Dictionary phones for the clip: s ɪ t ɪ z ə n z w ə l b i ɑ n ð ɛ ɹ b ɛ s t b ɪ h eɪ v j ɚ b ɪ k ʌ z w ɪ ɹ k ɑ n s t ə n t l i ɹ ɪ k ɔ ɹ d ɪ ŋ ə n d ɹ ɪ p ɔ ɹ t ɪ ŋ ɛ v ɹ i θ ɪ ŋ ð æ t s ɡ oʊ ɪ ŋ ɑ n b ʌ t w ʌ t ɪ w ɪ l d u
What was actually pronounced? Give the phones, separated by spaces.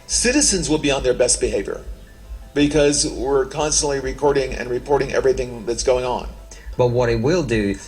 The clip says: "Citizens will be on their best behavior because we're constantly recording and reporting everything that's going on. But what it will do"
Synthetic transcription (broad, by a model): s ɪ t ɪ z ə n z w ə l b i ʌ n ð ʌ ɹ b ɛ s t b ɪ h eɪ v j ɚ b ɪ k ʌ z w ɪ ɹ k ɑ n s t ə n t l i ɹ ɪ k ɔ ɹ d ɪ ŋ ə n ɹ ɪ p ɔ ɹ t ɪ ŋ ɛ v ɹ i θ ɪ ŋ ð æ t s ɡ oʊ ɪ ŋ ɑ n b ʌ t w ʌ t ɪ w ɪ l d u